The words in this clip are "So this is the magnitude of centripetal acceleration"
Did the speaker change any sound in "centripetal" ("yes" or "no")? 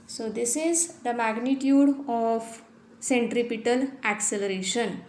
no